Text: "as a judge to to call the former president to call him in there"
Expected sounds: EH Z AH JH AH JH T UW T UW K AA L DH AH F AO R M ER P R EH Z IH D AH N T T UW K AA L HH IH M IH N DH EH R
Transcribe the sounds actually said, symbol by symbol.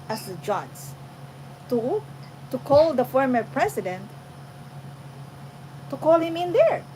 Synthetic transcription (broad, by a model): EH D AH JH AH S T UW T UW K AA L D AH F AO R M ER P R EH S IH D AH N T T UW K AA L HH IH M IH N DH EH R